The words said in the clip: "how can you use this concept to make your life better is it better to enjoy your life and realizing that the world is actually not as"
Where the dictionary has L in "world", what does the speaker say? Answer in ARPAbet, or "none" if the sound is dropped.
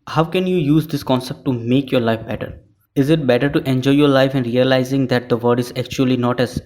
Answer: none